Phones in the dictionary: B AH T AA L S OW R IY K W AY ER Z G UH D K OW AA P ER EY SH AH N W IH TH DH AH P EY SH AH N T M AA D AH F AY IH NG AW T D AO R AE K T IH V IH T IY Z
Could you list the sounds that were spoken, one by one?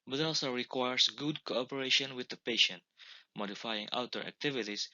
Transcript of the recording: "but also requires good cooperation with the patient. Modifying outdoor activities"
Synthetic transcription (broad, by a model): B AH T AA L S OW R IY K W AY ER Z G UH D K OW AA P ER EY SH AH N W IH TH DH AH P EY SH AH N T M AA D AH F AY IH NG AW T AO R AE K T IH V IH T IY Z